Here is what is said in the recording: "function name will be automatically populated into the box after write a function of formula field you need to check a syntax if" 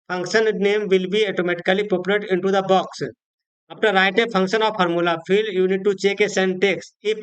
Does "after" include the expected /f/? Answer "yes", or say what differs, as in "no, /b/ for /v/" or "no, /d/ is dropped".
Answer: no, /p/ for /f/